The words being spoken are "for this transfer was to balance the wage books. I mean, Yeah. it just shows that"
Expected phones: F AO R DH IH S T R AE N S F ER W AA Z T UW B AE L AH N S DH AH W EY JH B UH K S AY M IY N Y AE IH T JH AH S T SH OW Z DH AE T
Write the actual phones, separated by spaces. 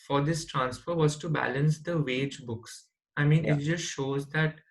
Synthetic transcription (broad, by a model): F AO R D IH S T R AE N S F ER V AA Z T UW B AE L AH N S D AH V EY JH B UH K S AY M IY N IH T JH AH S T SH OW Z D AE T